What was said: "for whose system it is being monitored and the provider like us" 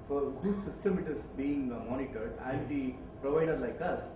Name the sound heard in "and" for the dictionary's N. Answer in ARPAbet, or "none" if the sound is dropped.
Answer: L